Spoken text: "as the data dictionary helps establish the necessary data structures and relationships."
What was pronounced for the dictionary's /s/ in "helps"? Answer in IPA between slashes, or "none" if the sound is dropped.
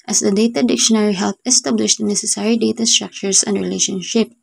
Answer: none